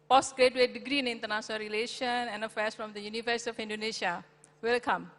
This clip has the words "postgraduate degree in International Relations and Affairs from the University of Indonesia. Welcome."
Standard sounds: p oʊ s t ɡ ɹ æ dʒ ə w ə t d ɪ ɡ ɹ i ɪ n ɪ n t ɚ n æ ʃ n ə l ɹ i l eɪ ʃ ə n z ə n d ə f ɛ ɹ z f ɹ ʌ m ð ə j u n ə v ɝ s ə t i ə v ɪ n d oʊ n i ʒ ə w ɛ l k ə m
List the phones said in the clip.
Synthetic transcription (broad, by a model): p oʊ s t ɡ ɹ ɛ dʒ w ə d ɪ ɡ ɹ i ɪ n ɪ n t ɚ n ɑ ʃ n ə l ɹ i l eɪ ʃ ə n ə n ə f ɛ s f ɹ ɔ m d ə j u n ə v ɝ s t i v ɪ n d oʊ n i ʃ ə w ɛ l k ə m